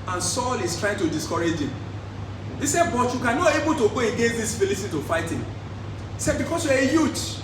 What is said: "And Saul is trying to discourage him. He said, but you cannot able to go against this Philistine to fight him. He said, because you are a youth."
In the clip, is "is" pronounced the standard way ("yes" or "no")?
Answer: no